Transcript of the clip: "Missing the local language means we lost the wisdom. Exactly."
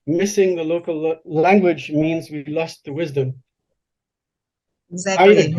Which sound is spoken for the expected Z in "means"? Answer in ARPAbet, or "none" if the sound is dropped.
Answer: Z